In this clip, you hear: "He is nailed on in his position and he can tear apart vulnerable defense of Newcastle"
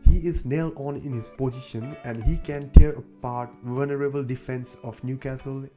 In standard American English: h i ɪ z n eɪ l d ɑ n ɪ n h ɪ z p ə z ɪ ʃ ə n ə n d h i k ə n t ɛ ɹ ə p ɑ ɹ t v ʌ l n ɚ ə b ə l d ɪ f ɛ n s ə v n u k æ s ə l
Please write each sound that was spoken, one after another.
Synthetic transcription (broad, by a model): h i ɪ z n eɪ l ɑ n ɪ n h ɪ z p ə z ɪ ʃ ə n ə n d h i k ə n t ɛ ɹ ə p ɑ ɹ t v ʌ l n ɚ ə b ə l d ɪ f ɛ n s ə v n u k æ s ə l